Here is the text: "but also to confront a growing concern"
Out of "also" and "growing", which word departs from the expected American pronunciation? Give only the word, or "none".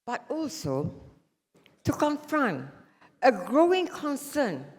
none